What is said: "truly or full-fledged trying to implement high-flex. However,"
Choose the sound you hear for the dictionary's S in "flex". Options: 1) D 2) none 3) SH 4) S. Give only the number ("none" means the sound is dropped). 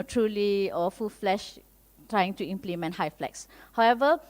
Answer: 4